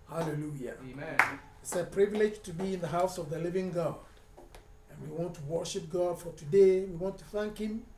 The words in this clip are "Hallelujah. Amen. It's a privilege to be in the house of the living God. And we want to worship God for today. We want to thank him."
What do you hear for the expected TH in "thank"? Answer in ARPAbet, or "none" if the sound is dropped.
TH